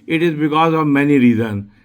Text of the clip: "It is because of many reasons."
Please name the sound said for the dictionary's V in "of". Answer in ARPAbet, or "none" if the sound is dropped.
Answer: V